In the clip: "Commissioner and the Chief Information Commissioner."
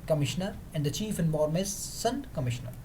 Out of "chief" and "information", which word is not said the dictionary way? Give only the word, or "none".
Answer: information